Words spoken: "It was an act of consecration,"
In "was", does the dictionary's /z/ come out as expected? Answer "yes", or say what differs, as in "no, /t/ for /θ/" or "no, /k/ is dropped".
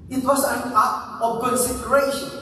no, /s/ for /z/